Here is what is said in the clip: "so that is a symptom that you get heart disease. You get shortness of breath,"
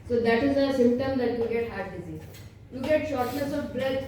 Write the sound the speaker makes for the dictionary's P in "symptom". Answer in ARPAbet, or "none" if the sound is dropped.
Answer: P